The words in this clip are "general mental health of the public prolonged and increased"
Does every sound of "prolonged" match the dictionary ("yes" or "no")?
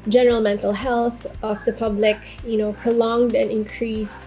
yes